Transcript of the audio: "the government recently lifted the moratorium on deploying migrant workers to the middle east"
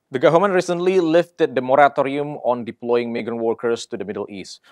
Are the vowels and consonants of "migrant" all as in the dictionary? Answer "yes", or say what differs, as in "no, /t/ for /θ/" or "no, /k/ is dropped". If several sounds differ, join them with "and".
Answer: no, /ɹ/ is dropped